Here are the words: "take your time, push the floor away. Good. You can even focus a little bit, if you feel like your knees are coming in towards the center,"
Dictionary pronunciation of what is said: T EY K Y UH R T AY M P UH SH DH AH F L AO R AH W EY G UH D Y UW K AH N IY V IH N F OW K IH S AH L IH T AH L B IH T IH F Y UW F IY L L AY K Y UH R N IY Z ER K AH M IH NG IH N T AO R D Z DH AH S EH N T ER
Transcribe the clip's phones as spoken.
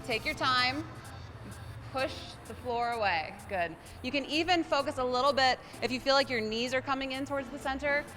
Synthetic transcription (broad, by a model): T EY K Y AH R T AY M P UH SH DH AH F L AO R AH W EY G UH D Y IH K AH N IY V IH N F OW K IH S AH L IH T L B IH T IH F Y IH F IY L L AY K Y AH R N IY Z ER K AH M IH NG IH N T AO R D Z DH AH S EH N T ER